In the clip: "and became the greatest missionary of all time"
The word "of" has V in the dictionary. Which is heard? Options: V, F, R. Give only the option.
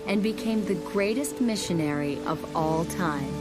V